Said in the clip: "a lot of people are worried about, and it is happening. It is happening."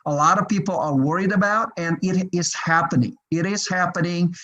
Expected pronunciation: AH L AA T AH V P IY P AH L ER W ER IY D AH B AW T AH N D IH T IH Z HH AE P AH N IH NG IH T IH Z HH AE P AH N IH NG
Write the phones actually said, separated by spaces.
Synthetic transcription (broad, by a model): AH L AA T AH V P IY P L ER W ER IY D AH B AW T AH N IH T IH Z HH AE P AH N IH NG IH T IH Z HH AE P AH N IH NG